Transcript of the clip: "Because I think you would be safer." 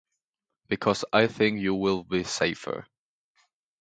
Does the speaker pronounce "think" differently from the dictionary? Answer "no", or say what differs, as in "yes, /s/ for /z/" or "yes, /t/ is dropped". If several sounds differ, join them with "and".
no